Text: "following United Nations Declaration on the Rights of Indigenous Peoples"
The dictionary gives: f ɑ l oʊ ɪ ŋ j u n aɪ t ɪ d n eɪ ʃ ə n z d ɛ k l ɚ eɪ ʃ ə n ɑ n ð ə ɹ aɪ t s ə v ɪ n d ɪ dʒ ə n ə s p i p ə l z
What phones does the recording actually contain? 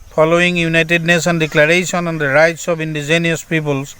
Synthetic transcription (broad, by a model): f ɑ l oʊ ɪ ŋ j u n aɪ t ɪ d n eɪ s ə n d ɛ k l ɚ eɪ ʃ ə n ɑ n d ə ɹ aɪ t s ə b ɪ n d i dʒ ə n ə s p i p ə l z